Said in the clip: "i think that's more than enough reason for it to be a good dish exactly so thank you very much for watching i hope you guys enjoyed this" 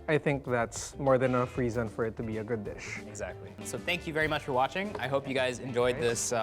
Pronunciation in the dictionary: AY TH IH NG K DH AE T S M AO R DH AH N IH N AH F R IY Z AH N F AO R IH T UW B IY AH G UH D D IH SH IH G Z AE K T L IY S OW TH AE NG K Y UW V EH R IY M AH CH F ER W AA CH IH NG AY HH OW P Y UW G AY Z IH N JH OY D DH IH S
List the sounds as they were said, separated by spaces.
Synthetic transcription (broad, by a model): AY TH IH NG K DH AE T S M AO R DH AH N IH N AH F R IY Z AH N F AO R IH T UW B IY AH G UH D D IH SH IH G Z AE K T L IY S OW TH AE NG K Y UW V EH R IY M AH CH F ER W AA CH IH NG AY HH OW P Y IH G AY Z IH N JH OY D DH IH S